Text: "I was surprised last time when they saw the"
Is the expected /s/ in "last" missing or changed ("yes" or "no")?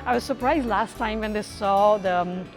no